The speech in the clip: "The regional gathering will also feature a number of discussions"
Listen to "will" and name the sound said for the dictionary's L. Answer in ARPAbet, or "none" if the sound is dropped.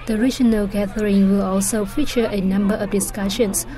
L